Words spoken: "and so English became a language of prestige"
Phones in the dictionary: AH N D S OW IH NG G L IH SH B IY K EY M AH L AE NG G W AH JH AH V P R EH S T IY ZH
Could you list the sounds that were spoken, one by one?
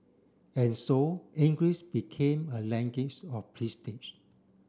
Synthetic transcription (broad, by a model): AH N S OW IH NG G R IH S B IY K EY M AH L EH NG G W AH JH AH F P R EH S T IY SH